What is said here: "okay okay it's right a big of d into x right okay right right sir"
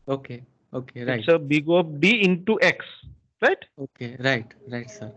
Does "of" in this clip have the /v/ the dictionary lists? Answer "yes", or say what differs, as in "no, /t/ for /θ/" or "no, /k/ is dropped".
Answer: no, /p/ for /v/